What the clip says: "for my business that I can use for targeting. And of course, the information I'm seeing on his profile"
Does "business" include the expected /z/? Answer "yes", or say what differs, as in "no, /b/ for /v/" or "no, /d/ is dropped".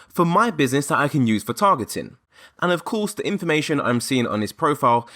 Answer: yes